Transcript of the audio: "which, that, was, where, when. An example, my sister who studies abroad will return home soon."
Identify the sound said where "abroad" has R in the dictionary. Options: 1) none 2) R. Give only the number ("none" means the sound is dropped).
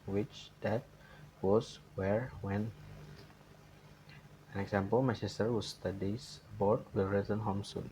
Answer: 1